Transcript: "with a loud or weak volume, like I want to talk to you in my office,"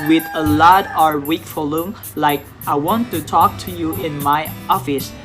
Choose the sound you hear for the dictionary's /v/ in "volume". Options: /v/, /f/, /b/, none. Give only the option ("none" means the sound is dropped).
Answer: /f/